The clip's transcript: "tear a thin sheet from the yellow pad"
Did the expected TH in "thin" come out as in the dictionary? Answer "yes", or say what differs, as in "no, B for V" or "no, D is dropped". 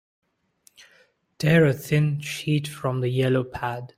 yes